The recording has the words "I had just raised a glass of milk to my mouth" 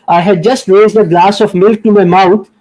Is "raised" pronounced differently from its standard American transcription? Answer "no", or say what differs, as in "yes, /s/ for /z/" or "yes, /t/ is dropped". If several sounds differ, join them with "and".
no